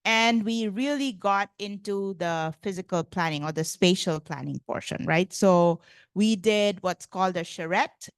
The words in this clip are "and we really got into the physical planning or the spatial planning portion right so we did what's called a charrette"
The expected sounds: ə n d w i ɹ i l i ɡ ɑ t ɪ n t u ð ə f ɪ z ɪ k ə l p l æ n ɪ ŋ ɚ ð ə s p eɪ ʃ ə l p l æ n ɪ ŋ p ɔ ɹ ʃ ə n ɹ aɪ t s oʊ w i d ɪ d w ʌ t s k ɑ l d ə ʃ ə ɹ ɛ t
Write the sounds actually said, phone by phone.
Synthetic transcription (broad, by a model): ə n d w i ɹ i l i ɡ ɑ t ɪ n t u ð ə f ɪ z ɪ k ə l p l æ n ɪ ŋ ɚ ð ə s p eɪ ʃ ə l p l æ n ɪ ŋ p ɔ ɹ ʃ ə n ɹ aɪ t s oʊ w i d ɪ d w ʌ t s k ɑ l d ə ʃ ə ɹ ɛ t